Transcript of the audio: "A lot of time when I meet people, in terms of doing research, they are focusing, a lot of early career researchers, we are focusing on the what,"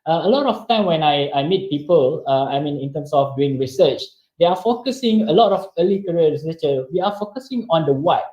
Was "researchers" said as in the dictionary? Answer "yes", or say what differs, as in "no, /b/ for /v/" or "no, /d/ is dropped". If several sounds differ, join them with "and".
no, /z/ is dropped